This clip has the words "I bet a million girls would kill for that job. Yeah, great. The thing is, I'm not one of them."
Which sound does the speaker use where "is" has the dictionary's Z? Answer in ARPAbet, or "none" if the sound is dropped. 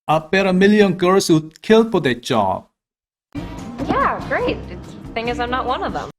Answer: Z